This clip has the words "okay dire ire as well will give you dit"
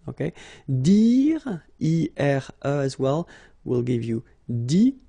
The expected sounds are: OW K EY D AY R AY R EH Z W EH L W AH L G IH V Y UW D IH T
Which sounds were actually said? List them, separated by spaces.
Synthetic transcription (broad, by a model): OW K EY D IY R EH R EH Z W EH L W AH L G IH V Y UW D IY